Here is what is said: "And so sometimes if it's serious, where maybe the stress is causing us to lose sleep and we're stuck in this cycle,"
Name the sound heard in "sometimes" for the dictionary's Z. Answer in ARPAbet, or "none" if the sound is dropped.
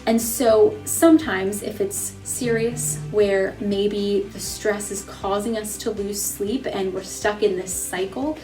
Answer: Z